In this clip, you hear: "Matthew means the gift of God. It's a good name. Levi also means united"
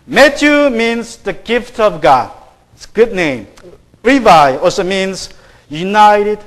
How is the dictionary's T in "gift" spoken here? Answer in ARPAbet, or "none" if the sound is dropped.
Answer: T